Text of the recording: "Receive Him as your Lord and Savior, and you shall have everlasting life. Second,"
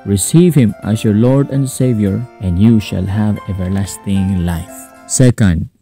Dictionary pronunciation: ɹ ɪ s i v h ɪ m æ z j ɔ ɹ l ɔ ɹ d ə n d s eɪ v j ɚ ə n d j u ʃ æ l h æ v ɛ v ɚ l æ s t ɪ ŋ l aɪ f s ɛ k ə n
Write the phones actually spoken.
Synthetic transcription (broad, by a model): ɹ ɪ s i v h ɪ m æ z j ɔ ɹ l ɔ ɹ d ə n d s eɪ v j ɚ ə n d j u ʃ æ l h æ v ɛ v ɚ l æ s t ɪ ŋ l aɪ f s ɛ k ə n